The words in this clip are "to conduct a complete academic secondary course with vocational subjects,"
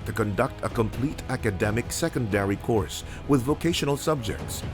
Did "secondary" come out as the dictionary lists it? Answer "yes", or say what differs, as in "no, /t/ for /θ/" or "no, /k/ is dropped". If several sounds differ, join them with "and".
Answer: yes